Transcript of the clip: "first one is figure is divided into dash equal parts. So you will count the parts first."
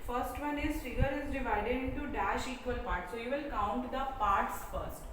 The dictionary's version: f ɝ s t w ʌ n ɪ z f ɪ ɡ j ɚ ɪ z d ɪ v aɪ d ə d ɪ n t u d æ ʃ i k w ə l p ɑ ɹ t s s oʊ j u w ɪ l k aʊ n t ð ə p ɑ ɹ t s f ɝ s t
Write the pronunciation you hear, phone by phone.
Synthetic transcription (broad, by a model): f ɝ s t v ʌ n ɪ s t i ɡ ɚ ɪ z d ɪ v aɪ d ə d ɪ n t u d æ ʃ i k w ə l p ɑ ɹ t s s oʊ j u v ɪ l k aʊ n t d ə p ɑ ɹ t s f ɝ s t